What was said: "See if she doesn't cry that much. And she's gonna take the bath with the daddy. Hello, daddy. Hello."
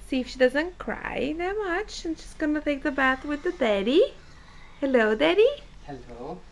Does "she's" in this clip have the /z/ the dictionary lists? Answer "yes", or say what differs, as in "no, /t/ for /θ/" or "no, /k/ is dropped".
no, /s/ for /z/